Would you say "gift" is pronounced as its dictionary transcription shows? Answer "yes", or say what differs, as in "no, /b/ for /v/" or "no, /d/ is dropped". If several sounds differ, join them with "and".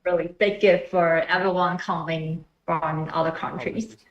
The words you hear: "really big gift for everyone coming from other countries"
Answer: no, /f/ is dropped